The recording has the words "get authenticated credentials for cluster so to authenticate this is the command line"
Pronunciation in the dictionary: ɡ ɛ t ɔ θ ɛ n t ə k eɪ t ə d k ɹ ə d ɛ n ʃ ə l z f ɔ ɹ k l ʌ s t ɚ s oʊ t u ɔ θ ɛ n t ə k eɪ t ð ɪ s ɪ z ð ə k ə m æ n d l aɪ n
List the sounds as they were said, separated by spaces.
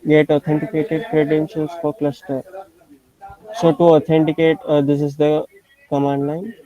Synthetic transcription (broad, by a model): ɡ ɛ t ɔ t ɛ n t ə k eɪ t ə d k ɹ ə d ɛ n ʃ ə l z f ɔ ɹ k l ʌ s t ɚ s oʊ t u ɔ t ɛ n t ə k eɪ t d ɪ s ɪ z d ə k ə m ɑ n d l aɪ n